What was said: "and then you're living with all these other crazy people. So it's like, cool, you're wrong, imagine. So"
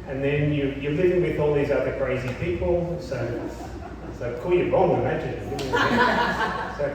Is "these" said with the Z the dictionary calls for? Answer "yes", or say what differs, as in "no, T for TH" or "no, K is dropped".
yes